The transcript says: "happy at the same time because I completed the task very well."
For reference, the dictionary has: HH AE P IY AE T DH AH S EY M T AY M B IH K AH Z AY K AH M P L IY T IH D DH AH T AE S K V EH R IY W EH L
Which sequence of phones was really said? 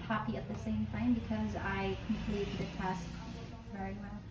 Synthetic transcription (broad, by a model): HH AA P IY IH T DH AH S EY M T AY M B IH K AH Z AY K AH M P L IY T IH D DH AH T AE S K V EH R IY W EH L